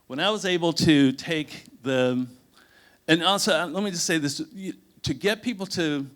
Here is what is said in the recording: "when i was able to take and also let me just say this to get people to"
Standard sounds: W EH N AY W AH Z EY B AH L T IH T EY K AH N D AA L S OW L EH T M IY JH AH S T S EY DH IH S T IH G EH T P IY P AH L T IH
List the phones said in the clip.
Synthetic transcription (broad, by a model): W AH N AY W AH Z EY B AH L T IH T EY K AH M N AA S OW L EH T M IY JH AH S T S EY DH IH S T IH G EH T P IY P L T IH